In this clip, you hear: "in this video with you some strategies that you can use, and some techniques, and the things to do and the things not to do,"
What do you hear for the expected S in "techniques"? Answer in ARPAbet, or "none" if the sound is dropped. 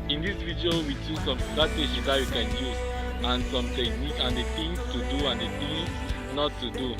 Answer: none